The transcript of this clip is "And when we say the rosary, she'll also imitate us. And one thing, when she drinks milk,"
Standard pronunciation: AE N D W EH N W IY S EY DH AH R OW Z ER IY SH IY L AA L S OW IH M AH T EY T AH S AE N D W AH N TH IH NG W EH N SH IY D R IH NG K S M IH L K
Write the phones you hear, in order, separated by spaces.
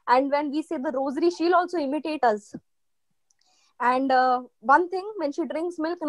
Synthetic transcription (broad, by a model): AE N D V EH N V IY S EY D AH R OW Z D IY SH IY L AA L S OW IH M AH T EY T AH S AE N D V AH N T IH NG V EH N SH IY D R IH NG K S M IH L K